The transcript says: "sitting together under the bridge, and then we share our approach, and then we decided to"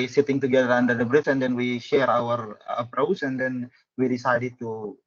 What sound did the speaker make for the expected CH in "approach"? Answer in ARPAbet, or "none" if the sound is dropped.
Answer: S